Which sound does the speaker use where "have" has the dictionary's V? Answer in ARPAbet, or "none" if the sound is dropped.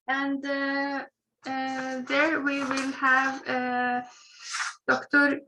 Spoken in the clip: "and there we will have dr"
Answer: V